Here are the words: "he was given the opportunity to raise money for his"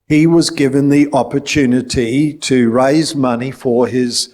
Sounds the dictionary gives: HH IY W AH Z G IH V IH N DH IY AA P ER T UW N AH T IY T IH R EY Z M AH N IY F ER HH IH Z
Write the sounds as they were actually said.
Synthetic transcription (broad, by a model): HH IY W AH Z G IH V IH N DH IY AA P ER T UW N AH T IY T IH R EY Z M AH N IY F ER IH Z